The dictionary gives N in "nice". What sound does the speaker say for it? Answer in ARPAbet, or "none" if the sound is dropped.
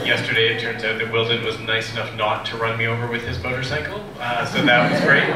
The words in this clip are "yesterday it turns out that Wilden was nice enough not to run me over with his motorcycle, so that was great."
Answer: N